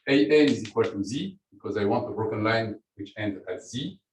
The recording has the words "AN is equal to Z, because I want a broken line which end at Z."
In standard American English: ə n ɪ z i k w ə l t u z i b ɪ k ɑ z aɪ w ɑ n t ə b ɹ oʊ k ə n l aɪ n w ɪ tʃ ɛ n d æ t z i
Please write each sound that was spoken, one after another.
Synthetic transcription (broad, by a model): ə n ɪ z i k w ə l t u z i b ɪ k ɑ z aɪ w ɑ n t ə b ɹ oʊ k ə n l aɪ n w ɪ tʃ ɛ n d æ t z i